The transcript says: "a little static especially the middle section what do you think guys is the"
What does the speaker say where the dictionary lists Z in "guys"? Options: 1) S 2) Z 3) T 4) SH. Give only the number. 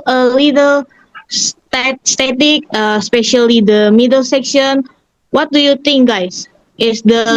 1